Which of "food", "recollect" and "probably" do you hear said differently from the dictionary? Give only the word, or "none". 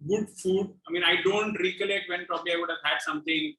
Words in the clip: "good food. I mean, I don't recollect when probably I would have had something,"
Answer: none